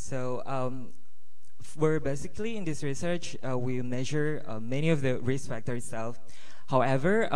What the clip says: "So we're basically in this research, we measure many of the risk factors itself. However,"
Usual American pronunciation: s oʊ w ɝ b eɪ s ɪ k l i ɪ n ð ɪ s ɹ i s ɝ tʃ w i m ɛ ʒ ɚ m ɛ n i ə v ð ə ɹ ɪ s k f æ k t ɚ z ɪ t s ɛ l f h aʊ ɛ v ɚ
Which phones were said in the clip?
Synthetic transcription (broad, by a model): s oʊ w ɝ b eɪ s ɪ k l i ɪ n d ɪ s ɹ i s ɝ tʃ w i m ɛ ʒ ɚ m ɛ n i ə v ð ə ɹ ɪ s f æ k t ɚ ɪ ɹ s ɛ l f h aʊ ɛ v ɚ